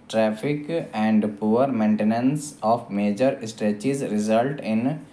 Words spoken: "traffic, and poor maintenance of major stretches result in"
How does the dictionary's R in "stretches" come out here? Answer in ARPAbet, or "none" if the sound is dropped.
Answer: none